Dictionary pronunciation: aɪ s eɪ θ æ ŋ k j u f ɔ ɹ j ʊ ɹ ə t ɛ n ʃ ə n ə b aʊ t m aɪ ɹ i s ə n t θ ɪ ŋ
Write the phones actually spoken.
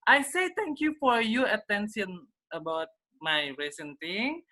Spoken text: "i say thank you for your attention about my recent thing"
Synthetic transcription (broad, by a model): aɪ s eɪ t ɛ ŋ k j u f ɔ ɹ j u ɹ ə t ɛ n s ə n ə b aʊ t m aɪ ɹ i s ə n t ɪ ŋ